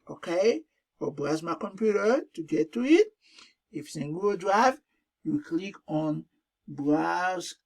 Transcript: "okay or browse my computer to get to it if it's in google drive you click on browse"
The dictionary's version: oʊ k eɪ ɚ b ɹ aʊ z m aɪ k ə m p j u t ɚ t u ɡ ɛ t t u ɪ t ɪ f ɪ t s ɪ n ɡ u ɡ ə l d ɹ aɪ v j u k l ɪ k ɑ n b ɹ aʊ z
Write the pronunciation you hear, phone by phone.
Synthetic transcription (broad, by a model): oʊ k eɪ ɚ b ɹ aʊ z m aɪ k ə m p j u t ɚ t u ɡ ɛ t t u ɪ t ɪ f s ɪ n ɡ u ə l d ɹ aɪ v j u k l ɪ k ɑ n b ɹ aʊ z